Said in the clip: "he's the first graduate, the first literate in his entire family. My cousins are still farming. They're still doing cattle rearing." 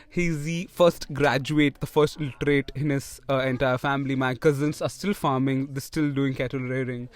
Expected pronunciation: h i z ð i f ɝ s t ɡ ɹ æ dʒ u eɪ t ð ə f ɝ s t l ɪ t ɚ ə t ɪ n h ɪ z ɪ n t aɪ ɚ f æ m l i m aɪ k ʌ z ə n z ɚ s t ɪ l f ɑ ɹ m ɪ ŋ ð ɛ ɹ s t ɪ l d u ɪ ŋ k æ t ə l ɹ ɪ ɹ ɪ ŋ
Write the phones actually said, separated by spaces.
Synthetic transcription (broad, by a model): h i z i f ɝ s t ɡ ɹ æ dʒ u eɪ t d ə f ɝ s t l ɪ t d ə t ɪ n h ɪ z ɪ n t aɪ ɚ f æ m l i m aɪ k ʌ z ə n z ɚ s t ɪ l f ɑ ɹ m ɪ ŋ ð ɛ s t ɪ l d u ɪ ŋ k æ t ə l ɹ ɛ ɹ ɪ ŋ